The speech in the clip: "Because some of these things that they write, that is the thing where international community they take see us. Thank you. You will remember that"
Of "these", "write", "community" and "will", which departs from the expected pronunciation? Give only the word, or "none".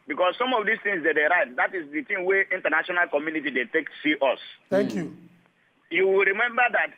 these